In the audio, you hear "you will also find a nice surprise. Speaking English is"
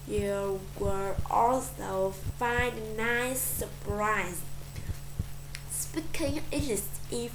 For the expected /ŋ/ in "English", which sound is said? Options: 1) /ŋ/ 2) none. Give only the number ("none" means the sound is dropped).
2